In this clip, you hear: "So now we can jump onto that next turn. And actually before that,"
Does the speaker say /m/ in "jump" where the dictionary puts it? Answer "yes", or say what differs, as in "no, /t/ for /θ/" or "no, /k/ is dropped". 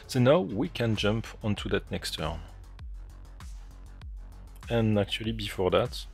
yes